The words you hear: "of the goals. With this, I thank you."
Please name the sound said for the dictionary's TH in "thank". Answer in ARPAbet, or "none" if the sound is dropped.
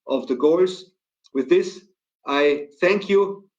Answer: TH